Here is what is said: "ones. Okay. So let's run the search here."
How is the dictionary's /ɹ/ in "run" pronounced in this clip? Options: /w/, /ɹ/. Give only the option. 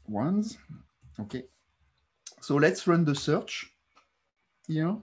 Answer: /ɹ/